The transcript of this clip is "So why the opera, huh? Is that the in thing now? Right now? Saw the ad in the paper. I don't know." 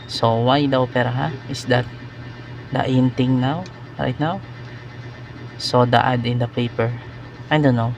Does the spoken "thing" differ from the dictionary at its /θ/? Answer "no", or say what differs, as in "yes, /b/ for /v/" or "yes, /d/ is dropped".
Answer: yes, /t/ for /θ/